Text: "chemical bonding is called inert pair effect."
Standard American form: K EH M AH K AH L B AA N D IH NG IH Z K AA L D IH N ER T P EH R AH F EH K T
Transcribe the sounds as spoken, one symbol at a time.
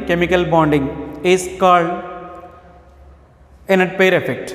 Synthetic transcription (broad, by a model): K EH M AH K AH L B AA N D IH NG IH S K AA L IH N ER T P EH R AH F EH K T